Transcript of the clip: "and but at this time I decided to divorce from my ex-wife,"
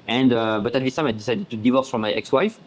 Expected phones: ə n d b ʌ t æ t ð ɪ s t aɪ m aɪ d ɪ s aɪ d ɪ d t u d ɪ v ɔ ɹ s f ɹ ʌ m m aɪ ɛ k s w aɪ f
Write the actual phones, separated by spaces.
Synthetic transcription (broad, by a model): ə n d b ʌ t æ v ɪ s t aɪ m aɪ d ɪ s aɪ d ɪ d t u d ɪ v ɔ ɹ s f ɹ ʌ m m aɪ ɛ k s w aɪ f